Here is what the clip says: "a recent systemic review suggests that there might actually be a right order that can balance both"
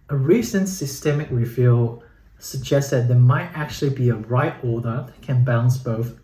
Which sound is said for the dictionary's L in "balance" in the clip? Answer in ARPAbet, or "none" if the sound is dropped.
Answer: none